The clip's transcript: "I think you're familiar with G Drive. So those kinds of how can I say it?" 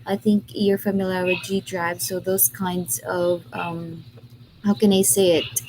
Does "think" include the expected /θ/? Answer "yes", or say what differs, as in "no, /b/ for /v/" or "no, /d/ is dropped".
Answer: yes